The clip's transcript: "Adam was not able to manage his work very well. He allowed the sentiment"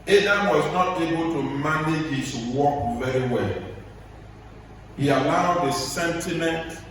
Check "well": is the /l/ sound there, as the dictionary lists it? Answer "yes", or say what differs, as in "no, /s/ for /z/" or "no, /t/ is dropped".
yes